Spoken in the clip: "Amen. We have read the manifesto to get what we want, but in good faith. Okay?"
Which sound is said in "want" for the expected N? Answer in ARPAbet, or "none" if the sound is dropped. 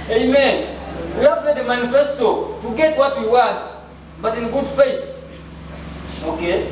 none